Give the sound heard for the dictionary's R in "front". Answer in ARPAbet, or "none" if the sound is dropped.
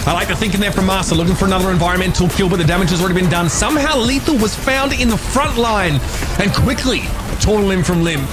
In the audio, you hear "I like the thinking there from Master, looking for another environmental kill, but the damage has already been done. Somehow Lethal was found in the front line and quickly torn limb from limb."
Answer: R